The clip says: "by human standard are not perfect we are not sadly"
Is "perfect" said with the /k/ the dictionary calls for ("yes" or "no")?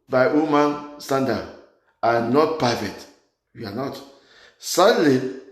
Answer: no